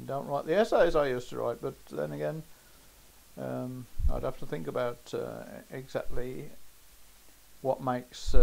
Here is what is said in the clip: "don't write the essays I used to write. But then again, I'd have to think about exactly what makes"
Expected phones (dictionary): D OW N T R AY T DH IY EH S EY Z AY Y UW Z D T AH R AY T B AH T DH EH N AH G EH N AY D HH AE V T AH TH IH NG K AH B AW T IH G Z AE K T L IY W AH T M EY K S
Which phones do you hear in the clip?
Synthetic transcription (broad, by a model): D OW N T R AY T DH IY EH S EY Z AY Y UW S T AH R AY T B AH T DH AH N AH G EH N AY D HH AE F T AH TH IH NG K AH B AW T IH G Z AE K T L IY W AH T M EY K S